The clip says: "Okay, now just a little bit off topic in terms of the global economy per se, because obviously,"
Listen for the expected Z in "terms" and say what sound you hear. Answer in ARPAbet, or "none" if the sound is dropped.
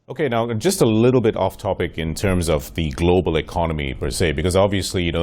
Z